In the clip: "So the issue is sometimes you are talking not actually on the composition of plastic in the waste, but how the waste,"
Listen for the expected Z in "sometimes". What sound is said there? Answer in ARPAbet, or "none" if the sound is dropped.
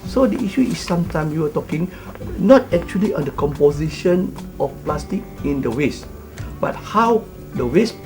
none